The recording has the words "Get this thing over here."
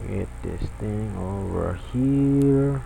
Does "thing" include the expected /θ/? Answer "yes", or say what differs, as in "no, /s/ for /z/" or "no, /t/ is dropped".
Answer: no, /t/ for /θ/